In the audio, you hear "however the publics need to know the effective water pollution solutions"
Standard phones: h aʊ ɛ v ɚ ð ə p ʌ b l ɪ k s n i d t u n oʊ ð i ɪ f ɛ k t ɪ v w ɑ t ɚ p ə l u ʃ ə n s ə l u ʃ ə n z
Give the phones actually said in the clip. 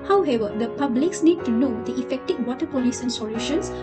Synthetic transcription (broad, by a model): h aʊ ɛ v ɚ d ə p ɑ b l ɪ k s n i d t u n oʊ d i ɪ f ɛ k t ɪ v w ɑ t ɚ p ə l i s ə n s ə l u ʃ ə n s